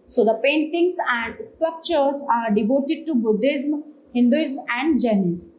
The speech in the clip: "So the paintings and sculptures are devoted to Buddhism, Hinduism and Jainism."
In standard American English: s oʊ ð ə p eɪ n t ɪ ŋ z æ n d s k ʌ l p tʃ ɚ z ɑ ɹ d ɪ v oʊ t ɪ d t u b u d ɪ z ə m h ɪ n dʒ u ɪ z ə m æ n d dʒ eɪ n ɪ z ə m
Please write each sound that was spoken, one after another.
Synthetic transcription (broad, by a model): s oʊ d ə p eɪ n t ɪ ŋ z æ n d s k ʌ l p tʃ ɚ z ɑ ɹ d ɪ v oʊ t ɪ d t u b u d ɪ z m h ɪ n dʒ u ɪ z m æ n d dʒ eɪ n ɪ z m